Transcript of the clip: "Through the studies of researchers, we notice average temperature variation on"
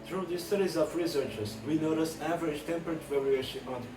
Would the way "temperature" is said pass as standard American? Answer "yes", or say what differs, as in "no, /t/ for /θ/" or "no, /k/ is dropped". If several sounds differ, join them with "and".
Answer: no, /ɹ/ is dropped